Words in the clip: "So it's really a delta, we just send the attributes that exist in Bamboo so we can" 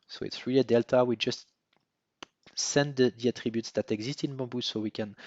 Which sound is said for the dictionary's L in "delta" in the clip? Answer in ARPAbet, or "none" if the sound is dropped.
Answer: L